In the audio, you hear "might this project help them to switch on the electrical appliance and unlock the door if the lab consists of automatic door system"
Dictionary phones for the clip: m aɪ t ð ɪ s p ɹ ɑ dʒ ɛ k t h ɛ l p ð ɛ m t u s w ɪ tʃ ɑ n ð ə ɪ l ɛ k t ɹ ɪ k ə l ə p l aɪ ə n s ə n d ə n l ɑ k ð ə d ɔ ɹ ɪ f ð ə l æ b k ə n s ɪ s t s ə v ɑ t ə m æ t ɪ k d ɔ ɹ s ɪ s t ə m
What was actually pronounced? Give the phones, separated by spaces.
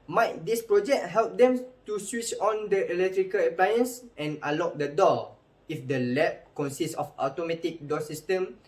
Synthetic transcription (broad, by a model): m aɪ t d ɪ s p ɹ ɑ dʒ ɛ k t h ɛ l p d ɛ m t u s w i tʃ ɑ n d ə ɪ l ɛ k t ɹ ɪ k ə l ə p l aɪ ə n s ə n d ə l ɑ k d ə d ɔ ɪ f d ə l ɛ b k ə n s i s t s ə f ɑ t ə m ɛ t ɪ k d ɔ s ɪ s t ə m